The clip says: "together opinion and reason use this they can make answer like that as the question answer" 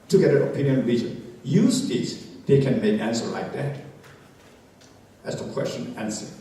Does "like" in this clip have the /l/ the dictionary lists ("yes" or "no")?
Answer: yes